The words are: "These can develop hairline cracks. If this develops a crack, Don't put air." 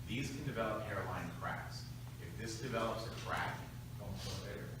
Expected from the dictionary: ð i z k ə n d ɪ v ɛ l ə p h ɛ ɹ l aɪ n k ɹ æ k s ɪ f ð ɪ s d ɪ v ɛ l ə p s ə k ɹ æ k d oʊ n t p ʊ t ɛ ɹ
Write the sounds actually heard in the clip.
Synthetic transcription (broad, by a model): ð i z k ə n d ɪ v ɛ l ə p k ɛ ɹ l aɪ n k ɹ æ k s ɪ f ð ɪ s d ɪ v ɛ l ə p s ə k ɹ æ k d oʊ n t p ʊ ɛ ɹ